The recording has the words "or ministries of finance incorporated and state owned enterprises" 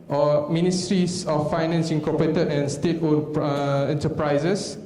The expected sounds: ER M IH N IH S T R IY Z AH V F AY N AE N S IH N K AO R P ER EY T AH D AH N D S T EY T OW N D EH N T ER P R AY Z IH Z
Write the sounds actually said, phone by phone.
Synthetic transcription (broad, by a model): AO M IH N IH S T R IY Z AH F AY N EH N S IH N K AO P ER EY T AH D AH N S T EY T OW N EH N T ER P R AY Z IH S